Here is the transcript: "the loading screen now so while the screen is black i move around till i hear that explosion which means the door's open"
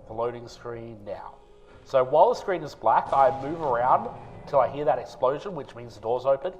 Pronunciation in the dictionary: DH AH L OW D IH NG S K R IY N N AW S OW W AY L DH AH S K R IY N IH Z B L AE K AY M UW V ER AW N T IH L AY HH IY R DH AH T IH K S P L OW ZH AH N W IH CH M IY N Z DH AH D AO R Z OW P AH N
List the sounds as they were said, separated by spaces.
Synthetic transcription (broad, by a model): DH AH L OW D IH NG S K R IY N N AW S OW W AY L DH AH S K R IY N IH Z B L AE K AY M UW V ER AW N T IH L AY HH IY R DH AH T IH K S P L OW ZH AH N W IH CH M IY N Z DH AH D AO R Z OW P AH N